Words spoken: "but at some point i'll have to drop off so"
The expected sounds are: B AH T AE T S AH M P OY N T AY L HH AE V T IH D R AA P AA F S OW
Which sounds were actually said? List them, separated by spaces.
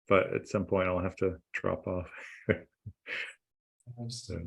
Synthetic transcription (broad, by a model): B AH T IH T S AH M P OY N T AY L HH AE F T IH D R AA P AA F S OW